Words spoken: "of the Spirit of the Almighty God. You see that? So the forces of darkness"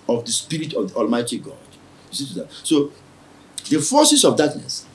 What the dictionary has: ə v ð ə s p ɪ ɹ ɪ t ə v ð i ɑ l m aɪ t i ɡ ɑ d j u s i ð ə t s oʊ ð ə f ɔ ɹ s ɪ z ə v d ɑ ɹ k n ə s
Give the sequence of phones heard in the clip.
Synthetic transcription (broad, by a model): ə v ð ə s p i ɹ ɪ t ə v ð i ɑ l m aɪ t i ɡ ɑ d j u s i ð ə t s oʊ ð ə f ɔ s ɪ s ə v d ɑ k n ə s